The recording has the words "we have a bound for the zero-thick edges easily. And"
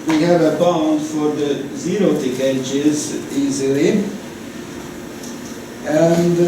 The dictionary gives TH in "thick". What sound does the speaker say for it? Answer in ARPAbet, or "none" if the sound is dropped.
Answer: T